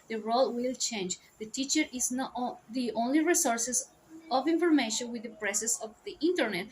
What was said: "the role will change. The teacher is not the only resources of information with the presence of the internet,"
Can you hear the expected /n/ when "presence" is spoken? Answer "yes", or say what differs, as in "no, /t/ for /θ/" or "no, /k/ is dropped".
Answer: no, /n/ is dropped